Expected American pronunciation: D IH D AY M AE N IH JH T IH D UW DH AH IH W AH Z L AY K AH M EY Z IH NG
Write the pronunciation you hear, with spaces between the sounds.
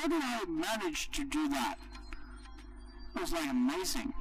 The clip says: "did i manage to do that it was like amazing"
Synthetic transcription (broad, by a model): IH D AY M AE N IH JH T IH D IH DH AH IH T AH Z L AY AH M EY Z IH NG